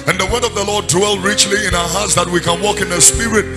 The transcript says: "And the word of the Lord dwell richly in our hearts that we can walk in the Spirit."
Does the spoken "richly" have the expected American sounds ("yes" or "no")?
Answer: yes